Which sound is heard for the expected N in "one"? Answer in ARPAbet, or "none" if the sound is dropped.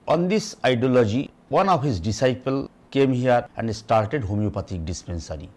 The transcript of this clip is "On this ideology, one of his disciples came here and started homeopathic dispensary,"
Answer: N